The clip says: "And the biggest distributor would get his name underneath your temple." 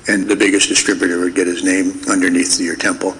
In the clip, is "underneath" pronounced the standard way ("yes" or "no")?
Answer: yes